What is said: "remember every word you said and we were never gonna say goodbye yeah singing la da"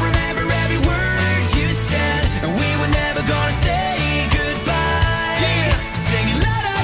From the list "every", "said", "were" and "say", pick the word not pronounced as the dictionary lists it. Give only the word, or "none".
every